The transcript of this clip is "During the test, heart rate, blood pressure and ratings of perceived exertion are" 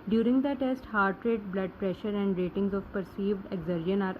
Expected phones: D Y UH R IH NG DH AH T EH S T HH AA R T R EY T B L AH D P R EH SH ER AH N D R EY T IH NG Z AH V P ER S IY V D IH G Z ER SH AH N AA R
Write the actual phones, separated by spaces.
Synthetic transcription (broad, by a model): D Y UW R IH NG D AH T EH S T HH AA R T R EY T B L AH D P R EH SH ER AH N D R EY T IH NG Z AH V P ER S IY V D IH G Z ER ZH AH N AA R